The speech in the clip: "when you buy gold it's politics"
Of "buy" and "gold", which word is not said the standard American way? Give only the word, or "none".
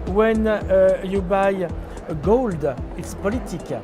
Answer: none